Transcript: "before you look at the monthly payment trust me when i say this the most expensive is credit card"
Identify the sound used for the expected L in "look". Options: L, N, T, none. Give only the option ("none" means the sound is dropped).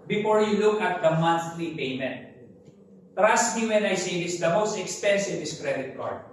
L